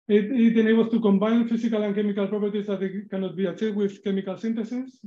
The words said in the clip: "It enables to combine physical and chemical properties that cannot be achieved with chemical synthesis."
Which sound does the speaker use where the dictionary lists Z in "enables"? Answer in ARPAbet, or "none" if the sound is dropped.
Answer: S